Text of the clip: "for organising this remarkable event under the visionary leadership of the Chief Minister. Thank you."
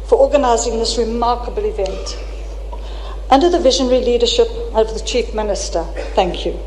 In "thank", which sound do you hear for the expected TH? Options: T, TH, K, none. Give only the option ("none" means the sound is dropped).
TH